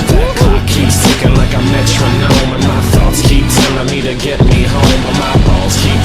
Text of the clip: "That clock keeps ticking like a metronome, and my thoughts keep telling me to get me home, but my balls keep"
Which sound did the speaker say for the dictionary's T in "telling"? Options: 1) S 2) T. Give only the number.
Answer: 1